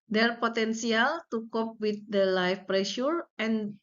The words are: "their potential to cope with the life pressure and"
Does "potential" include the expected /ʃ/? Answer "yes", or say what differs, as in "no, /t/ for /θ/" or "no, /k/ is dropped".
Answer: no, /s/ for /ʃ/